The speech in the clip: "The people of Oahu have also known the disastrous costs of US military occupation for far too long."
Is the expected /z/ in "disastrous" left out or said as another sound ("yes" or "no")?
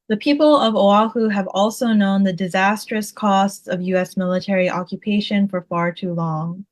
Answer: no